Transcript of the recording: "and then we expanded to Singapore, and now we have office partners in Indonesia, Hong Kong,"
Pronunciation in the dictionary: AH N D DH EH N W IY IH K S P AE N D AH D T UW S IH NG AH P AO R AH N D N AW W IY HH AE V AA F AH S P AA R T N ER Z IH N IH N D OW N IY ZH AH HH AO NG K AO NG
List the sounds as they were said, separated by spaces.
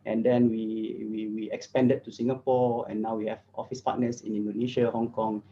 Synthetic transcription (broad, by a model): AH N D EH N W IY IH K S P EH N D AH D T UW S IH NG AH P AO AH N N AW W IY HH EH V AA F AH S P AA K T N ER S IH N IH N D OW N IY SH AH HH AO NG K AO NG